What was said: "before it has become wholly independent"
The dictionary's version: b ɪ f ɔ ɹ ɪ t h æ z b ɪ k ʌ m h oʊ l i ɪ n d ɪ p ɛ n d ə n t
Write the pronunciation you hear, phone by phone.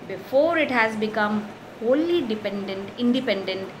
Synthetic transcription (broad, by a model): b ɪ f ɔ ɹ ɪ t h æ z b ɪ k ʌ m h oʊ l i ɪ n d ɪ p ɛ n d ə n t